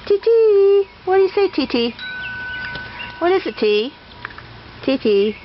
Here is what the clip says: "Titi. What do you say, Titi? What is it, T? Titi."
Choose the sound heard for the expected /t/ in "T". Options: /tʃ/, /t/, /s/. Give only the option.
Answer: /t/